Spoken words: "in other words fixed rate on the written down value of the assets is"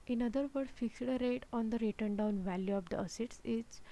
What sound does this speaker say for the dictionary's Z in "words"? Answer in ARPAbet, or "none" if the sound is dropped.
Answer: none